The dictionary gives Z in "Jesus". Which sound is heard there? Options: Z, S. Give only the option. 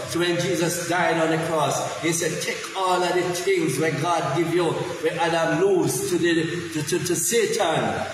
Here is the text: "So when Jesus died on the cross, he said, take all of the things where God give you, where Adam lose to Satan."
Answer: Z